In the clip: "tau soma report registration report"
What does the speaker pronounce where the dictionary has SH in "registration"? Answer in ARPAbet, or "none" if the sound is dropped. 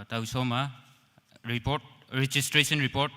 S